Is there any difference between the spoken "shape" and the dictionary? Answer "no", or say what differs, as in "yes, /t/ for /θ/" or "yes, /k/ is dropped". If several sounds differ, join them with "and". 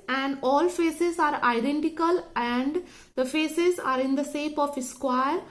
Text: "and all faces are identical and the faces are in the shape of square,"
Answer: yes, /s/ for /ʃ/